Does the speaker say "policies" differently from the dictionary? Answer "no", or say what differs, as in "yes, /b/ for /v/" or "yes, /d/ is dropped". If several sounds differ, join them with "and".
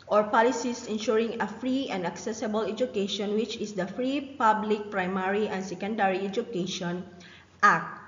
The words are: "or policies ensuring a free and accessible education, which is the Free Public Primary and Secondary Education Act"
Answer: yes, /s/ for /z/